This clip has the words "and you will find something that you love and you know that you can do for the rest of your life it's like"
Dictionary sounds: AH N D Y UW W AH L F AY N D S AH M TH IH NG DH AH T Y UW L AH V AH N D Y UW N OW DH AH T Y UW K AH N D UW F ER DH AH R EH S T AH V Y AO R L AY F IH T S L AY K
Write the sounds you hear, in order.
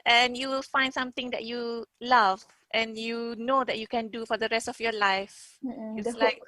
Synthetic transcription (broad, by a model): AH N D Y UW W L F AY N D S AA M T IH NG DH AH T Y UW L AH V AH N Y UW N OW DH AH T Y UW K AH N D UW F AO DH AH R EH S T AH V Y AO L AY F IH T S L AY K